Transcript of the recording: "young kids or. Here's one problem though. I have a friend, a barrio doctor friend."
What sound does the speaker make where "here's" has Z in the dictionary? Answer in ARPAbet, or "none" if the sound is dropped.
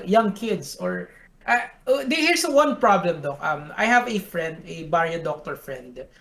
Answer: S